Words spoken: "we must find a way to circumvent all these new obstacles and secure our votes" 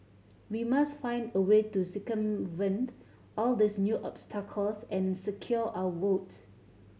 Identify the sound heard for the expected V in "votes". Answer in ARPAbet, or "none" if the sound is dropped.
W